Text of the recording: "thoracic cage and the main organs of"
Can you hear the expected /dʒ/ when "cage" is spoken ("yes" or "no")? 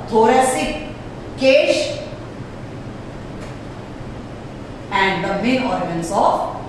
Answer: no